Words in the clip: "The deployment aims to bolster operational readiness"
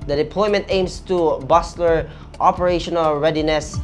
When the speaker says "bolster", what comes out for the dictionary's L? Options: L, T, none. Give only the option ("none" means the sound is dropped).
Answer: none